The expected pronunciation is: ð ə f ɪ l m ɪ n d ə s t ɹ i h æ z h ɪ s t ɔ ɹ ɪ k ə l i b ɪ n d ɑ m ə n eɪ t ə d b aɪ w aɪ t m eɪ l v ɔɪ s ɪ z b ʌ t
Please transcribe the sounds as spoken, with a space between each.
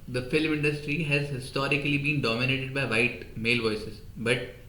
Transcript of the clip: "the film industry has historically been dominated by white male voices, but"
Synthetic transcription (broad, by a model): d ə f ɪ l m ɪ n d ə s t ɹ i h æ z h ɪ s t ɔ ɹ ɪ k ə l i b ɪ n d ɑ m ə n eɪ t ə d b aɪ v aɪ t m eɪ l v ɔɪ s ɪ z b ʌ t